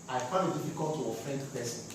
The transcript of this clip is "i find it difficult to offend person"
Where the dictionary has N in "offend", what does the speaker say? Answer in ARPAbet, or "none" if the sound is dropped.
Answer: N